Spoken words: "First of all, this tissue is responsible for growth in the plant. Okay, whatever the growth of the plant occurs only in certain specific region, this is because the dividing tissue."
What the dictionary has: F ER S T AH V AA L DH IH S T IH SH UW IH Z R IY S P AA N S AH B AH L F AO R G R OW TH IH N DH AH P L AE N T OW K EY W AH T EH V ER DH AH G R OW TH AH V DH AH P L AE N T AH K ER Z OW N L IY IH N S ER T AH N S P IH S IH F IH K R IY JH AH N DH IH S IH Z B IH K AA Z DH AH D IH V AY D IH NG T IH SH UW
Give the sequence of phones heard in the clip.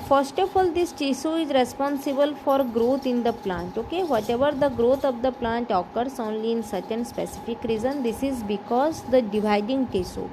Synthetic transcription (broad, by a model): F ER S T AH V AA L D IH S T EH S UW IH Z R IY S P AA N S AH B AH L F AO R G R OW T IH N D AH P L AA N T OW K EY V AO T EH V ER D AH G R OW T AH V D AH P L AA N T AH K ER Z OW N L IY N S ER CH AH N S P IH S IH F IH K R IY Z AH N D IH S IH Z B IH K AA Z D AH D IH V AY D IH NG T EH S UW